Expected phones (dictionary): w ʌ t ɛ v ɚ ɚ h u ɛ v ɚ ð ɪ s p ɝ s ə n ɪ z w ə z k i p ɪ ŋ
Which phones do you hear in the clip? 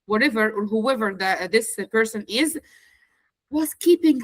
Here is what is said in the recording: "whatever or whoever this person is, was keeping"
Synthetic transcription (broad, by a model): w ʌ t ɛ v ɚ ɚ h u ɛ v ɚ ð ɪ s p ɝ s ə n ɪ z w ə s k i p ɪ ŋ